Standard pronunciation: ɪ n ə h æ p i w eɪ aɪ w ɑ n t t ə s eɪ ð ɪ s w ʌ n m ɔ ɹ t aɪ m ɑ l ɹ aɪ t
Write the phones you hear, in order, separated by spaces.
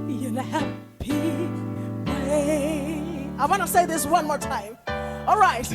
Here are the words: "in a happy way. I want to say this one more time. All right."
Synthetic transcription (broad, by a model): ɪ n ə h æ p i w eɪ aɪ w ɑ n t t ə s eɪ ð ɪ s w ʌ n m ɔ ɹ t aɪ m ɑ l ɹ aɪ t